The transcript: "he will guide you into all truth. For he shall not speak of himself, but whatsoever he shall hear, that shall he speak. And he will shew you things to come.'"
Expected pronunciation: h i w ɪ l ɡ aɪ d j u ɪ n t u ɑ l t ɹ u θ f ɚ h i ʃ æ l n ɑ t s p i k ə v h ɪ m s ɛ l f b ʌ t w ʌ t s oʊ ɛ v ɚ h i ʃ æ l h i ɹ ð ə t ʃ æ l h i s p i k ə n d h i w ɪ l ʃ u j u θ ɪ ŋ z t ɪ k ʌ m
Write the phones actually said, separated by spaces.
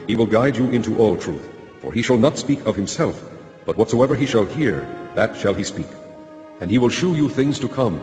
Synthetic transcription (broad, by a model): h i w ɪ l ɡ aɪ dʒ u ɪ n t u ɑ l t ɹ u θ f ɚ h i ʃ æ l n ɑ t s p i k ə v h ɪ m s ɛ l f b ʌ t w ʌ t s oʊ ɛ v ɚ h i ʃ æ l h i ɹ ð ə t ʃ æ l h i s p i k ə n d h i w ɪ l ʃ u j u θ ɪ ŋ z t ɪ k ʌ m